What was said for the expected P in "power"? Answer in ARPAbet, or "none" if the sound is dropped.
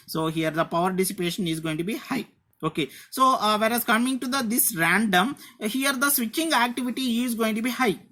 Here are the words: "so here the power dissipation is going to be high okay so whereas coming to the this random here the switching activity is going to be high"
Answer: P